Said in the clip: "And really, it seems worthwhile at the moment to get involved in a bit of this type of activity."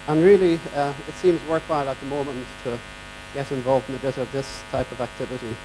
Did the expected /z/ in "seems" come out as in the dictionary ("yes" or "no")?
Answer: yes